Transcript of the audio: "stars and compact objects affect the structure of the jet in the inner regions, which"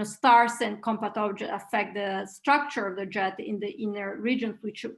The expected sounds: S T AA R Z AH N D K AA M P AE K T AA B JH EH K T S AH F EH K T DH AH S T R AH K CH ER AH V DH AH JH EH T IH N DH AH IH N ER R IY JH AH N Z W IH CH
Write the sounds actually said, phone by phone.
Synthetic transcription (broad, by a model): S T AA R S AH N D K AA M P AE T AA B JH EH T AH F EH K T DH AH S T R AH K CH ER AH V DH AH JH EH T IH N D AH IH N ER R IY JH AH N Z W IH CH